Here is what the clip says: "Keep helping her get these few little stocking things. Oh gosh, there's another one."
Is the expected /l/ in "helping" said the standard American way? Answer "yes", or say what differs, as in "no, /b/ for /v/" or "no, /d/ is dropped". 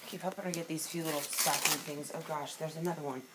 no, /l/ is dropped